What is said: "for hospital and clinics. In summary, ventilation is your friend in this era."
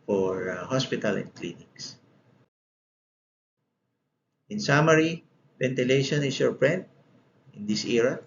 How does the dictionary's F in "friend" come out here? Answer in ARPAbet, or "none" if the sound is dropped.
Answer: P